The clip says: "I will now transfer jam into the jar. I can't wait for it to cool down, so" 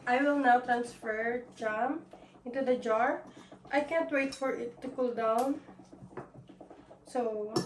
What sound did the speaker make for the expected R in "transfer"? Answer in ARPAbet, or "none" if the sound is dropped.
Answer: R